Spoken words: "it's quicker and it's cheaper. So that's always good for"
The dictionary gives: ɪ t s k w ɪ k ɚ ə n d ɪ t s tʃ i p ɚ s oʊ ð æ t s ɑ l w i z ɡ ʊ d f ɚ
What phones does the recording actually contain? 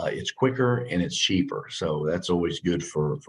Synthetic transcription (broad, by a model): ɪ t s k w ɪ k ɚ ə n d ɪ t s tʃ i p ɚ s oʊ ð æ t s ɑ l w i z ɡ ʊ d f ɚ